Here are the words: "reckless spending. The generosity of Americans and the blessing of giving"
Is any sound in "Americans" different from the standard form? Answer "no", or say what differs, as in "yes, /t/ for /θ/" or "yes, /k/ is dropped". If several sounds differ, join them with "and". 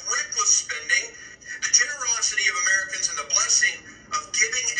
no